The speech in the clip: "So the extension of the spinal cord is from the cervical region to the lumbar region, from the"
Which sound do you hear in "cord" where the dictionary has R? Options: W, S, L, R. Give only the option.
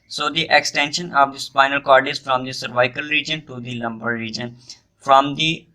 R